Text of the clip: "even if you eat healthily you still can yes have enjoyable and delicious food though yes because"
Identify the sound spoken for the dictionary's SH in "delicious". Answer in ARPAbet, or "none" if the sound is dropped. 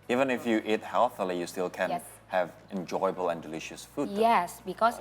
SH